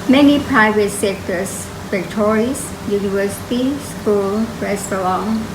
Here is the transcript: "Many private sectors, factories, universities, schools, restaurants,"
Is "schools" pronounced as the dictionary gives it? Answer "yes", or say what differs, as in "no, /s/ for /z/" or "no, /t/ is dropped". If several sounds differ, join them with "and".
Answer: no, /z/ is dropped